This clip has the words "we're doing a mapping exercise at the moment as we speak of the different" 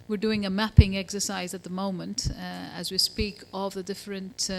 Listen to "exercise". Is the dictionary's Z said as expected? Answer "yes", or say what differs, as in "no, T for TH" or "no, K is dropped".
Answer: yes